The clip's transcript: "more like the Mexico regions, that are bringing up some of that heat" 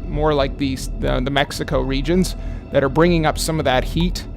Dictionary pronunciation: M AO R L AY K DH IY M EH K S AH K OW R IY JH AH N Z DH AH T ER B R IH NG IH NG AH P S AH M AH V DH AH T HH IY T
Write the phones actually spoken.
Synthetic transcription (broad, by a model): M AO R L AY K DH IY M EH K S AH K OW R IY JH AH N Z DH AH T ER B R IH NG IH NG AH P S AH M AH V DH AH T HH IY T